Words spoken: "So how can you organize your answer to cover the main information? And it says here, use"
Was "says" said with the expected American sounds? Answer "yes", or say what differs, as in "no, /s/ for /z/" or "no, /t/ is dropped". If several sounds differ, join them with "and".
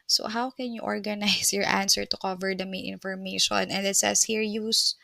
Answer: no, /s/ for /z/